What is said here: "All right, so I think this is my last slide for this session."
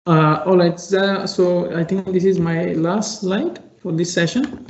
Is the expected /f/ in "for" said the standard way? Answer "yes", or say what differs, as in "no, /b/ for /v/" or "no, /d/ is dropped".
yes